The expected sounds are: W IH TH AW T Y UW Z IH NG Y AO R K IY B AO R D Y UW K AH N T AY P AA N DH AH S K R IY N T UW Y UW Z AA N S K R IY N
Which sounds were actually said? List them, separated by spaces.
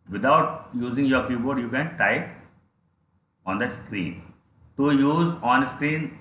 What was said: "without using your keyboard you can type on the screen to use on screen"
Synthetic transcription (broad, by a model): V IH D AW T Y UW Z IH NG Y AO R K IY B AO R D Y UW K AH N T AY AA N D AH S K R IY N T UW Y UW Z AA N S K R IY N